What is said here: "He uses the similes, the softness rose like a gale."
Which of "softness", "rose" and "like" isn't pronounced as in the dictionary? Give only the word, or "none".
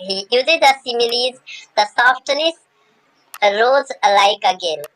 none